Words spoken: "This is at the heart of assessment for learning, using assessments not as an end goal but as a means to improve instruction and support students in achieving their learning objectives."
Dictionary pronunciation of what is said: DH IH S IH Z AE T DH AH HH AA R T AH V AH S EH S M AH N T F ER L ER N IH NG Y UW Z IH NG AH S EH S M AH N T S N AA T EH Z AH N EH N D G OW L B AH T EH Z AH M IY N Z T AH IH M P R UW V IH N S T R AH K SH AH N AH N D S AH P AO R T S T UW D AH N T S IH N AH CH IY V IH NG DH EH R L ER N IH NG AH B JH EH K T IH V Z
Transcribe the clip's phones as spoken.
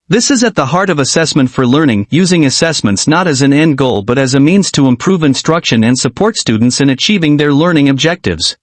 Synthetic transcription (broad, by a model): DH IH S IH Z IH T DH AH HH AA R T AH V AH S EH S M AH N T F ER L ER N IH NG Y UW Z IH NG AH S EH S M AH N T S N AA T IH Z AH N EH N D G OW L B AH T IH Z AH M IY N Z T AH IH M P R UW V IH N S T R AH K SH AH N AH N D S AH P AO R T S T UW D N T S IH N AH CH IY V IH NG DH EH R L ER N IH NG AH B JH EH K T IH V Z